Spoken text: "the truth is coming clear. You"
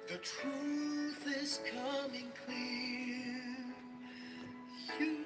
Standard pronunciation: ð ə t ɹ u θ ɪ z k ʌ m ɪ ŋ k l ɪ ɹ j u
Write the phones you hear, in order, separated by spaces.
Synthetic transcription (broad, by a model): ð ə t ɹ u θ ɪ z k ʌ m ɪ ŋ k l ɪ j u